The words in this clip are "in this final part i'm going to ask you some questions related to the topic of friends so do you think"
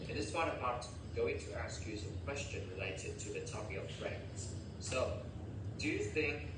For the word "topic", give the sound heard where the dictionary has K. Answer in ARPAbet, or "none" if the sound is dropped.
none